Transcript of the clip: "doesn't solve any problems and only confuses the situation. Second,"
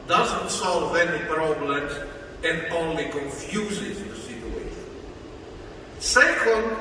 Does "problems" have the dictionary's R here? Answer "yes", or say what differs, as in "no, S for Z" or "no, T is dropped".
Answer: yes